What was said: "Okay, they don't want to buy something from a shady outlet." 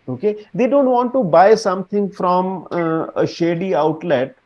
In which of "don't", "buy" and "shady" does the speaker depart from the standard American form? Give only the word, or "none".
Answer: none